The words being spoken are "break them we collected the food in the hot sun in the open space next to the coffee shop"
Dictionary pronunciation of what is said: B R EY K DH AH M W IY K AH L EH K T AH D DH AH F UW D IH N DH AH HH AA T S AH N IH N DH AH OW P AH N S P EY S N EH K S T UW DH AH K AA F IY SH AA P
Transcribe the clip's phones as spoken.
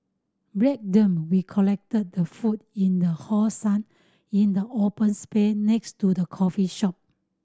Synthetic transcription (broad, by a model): B R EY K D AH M W IY K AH L EH K T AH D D AH F UW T IH N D AH HH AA S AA N IH N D AH OW P AH N S P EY N EH K S T UW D AH K AA F IY SH AA P